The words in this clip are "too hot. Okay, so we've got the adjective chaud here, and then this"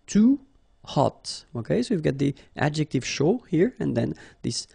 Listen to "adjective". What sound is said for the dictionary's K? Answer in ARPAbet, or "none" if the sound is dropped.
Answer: K